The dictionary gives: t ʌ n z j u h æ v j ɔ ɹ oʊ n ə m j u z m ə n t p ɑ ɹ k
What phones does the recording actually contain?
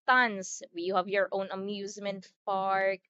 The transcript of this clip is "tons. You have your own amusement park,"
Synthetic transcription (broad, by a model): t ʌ n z j u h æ v j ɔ ɹ oʊ n ə m j u z m ə n t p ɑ ɹ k